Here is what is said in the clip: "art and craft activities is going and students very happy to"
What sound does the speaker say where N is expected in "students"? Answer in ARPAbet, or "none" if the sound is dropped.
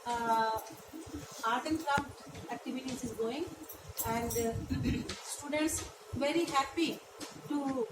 N